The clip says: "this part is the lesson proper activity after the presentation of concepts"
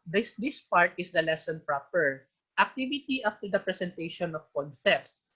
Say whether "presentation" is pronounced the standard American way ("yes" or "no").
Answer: no